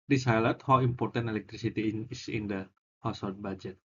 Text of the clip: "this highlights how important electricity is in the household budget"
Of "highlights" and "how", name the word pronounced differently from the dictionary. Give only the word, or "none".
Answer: highlights